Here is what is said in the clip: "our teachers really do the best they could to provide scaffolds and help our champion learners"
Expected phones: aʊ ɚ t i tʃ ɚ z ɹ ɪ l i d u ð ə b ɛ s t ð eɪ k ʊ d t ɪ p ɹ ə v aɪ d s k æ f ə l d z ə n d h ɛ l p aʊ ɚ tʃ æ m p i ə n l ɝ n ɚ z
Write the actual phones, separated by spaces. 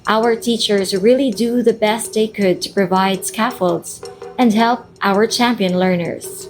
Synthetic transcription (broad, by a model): aʊ ɚ t i tʃ ɚ z ɹ ɪ l i d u ð ə b ɛ s t ð eɪ k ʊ d t ɪ p ɹ ə v aɪ d s k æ f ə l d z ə n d h ɛ l p aʊ ɚ tʃ æ m p i ə n l ɝ n ɚ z